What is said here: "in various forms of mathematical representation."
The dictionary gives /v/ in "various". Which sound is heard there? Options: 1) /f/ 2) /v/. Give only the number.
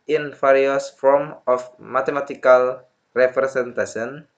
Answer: 1